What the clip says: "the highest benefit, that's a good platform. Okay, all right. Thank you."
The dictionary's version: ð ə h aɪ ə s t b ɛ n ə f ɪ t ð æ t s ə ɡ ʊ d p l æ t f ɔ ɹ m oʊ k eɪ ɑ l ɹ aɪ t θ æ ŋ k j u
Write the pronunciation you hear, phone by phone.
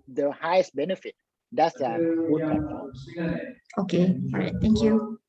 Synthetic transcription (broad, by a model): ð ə h aɪ ə s t b ɛ n ə f ɪ t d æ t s ə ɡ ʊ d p æ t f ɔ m oʊ k eɪ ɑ ɹ aɪ t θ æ ŋ k j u